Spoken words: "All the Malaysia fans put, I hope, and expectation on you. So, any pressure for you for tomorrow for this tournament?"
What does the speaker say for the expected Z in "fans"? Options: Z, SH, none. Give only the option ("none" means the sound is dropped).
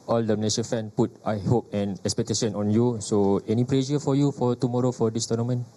none